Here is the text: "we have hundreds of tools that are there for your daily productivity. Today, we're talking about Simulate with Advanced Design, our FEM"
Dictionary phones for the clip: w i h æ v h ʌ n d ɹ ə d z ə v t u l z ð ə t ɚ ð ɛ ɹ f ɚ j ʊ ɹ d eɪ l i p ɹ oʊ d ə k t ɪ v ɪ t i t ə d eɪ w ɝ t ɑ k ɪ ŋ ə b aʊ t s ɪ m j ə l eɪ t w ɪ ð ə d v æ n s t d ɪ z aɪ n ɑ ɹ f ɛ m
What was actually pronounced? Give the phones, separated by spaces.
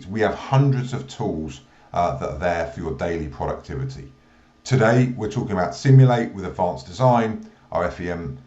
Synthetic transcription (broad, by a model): w i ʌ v h ʌ n d ɹ ə d z ə v t u l z ð ə t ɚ ð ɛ f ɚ j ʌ d eɪ l i p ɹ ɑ d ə k t ɪ v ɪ t i t ə d eɪ w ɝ t ɑ k ɪ ŋ ə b aʊ t s ɪ m j ə l eɪ t w ɪ ð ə d v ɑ n s d ɪ z aɪ n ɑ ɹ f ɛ m